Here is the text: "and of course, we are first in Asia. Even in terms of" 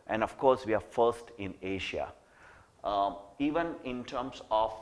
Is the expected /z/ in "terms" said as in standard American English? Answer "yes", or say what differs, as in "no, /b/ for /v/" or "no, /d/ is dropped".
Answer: no, /s/ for /z/